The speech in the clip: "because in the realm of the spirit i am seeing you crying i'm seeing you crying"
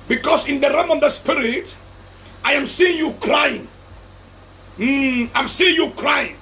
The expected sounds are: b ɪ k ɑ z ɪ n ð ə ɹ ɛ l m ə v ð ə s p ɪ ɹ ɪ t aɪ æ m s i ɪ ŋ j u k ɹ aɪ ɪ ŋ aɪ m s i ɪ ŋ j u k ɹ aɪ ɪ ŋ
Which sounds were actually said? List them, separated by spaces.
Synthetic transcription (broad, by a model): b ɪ k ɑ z ɪ n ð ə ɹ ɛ m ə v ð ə s p ɪ ɹ ɪ t aɪ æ m s i ɪ ŋ j u k ɹ aɪ ɪ ŋ aɪ m s i ɪ ŋ j u k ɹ aɪ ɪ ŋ